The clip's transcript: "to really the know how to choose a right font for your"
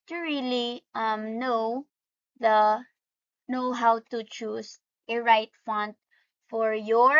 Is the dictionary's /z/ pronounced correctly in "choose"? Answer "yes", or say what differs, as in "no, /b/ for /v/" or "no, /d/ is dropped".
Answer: no, /s/ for /z/